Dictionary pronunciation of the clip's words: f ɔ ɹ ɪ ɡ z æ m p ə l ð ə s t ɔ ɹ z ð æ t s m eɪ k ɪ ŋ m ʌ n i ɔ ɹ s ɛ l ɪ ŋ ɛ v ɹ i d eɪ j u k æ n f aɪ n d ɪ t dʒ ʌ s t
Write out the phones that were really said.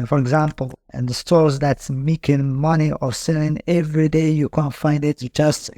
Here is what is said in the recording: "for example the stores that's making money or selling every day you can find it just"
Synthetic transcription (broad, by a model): f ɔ ɹ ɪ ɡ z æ m p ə n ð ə s t ɔ ɹ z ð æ t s m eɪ k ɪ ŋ m ʌ n i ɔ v s ɛ l ɪ ŋ ɛ v ɹ i d eɪ j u k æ n f aɪ n d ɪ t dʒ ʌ s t